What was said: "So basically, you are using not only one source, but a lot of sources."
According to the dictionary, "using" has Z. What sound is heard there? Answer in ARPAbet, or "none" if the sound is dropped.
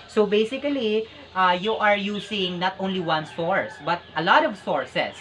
S